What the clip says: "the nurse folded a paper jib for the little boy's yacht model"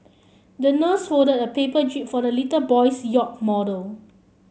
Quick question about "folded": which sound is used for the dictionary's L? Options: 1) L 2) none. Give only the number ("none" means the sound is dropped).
2